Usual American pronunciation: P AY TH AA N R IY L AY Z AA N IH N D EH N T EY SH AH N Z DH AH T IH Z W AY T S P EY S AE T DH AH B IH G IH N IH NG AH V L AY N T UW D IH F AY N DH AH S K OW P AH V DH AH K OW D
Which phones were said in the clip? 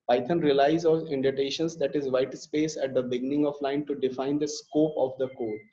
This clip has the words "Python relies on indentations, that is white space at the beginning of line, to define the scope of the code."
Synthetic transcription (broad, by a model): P AY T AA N R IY L AY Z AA L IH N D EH T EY SH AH N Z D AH T IH Z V AY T S P EY S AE T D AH B IH G IH N IH NG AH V L AY N T UW D IH F AY N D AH S K OW P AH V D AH K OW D